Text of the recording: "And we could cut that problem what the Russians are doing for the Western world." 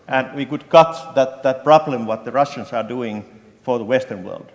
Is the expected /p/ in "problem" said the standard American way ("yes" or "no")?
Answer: yes